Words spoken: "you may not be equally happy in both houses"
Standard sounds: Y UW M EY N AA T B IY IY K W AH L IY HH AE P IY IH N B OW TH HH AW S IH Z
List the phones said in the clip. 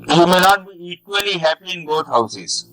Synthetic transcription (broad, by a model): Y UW M EY N AA T B IY IY K W AH L IY HH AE P IY IH N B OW T HH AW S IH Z